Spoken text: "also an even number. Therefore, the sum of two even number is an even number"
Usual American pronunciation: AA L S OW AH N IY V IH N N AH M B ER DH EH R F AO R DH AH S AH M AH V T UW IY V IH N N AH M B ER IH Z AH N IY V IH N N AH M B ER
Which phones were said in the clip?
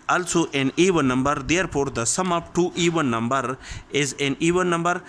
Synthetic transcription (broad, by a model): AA L S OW AH N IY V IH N N AH M B ER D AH R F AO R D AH S AH M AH P T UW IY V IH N N AH M B ER IH Z AH N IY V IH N N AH M B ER